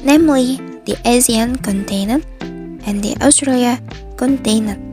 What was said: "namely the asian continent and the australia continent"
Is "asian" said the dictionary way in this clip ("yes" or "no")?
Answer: no